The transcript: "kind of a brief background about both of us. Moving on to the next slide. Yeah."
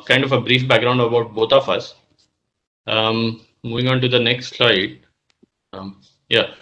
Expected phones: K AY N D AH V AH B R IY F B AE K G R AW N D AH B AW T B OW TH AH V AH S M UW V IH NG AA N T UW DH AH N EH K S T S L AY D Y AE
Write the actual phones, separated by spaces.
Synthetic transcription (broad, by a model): K AY N D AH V AH B R IY F B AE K G R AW N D AH B AW T B OW T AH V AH S M UW V IH NG AA N T UW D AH N EH K S T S L AY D Y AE